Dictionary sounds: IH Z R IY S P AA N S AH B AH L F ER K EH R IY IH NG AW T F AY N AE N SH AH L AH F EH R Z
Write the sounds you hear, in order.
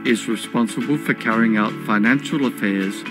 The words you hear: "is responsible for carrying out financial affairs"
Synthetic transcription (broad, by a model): IH Z R IY S P AA N S AH B AH L F ER K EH R IY IH NG AW T F AY N AE N SH AH L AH F EH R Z